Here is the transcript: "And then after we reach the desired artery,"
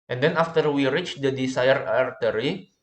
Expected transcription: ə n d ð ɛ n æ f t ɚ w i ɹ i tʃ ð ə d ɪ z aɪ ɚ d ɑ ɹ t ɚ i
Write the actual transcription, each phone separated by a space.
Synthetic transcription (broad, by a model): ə n d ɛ n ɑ f t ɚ w i ɹ i tʃ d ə d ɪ s aɪ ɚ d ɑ ɹ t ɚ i